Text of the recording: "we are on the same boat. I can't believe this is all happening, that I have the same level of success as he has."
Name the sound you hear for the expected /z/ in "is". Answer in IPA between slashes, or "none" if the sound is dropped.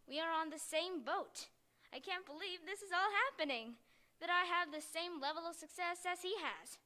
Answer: /z/